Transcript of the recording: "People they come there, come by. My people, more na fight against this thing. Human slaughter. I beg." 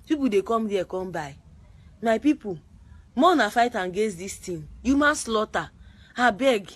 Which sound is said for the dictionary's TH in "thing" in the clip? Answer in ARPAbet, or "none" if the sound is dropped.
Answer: T